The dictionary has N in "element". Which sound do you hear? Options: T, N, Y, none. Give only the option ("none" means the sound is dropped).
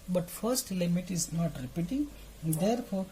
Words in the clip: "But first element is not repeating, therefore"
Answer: none